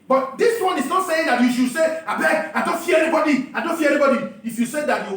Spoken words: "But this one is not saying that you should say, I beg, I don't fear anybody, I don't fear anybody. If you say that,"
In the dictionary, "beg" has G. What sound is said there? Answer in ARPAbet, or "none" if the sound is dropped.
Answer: none